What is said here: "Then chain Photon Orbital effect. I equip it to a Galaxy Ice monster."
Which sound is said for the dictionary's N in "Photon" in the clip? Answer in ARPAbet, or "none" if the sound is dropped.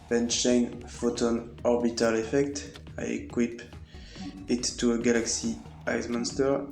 N